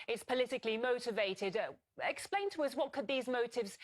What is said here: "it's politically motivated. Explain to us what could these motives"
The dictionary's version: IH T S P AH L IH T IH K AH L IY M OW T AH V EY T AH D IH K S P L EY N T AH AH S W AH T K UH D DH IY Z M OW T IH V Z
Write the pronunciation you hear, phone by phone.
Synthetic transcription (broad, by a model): IH T S P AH L IH T IH K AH L IY M OW T AH V EY T AH D IH K S P L EY N T AH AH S W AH T K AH D DH IY Z M OW T IH V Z